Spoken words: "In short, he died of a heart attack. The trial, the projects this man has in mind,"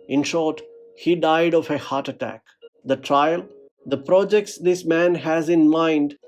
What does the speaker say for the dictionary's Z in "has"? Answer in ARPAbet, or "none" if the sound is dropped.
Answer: Z